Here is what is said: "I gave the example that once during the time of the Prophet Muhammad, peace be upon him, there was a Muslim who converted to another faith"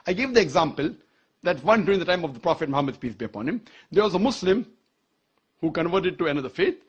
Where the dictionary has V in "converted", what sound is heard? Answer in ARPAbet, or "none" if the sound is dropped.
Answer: V